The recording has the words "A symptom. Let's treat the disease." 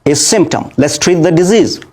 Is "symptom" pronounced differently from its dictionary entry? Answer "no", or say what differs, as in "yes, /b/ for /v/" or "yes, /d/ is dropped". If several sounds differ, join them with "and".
no